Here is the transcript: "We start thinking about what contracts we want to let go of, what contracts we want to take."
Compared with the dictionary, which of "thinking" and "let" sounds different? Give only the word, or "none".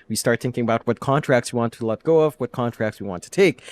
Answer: none